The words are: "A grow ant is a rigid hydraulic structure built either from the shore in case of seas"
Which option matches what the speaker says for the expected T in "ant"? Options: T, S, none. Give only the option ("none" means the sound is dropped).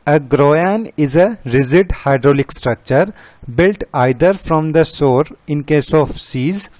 none